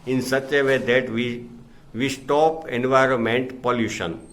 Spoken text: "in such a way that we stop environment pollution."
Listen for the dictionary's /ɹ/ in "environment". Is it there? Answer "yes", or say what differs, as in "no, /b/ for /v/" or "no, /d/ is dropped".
yes